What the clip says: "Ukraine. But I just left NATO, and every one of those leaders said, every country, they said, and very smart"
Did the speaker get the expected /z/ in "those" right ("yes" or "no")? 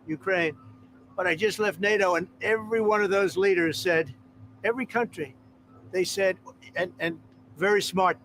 yes